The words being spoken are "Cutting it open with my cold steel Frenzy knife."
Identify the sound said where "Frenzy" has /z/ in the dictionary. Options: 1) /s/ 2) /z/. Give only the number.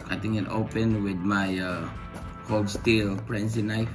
1